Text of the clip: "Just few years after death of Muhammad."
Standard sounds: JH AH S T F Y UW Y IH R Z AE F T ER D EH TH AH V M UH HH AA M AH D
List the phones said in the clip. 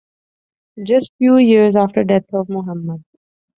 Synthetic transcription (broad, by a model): JH AH S T F Y UW Y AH R Z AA F T ER D EH T AH V M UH HH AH M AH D